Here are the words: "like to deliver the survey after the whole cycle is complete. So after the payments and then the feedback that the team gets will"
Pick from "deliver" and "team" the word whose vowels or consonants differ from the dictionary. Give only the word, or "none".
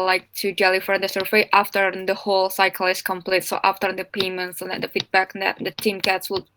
deliver